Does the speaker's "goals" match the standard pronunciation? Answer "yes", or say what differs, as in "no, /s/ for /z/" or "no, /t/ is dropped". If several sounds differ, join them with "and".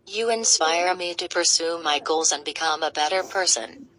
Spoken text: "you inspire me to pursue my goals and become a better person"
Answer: yes